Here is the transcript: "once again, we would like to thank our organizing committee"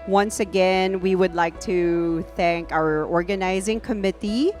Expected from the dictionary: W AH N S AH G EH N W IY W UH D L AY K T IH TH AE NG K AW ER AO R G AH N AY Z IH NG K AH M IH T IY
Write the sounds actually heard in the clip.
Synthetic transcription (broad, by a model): W AH N S AH G EH N W IY W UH D L AY K T IH TH AE NG K AW ER AO R G AH N AY Z IH NG K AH M IH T IY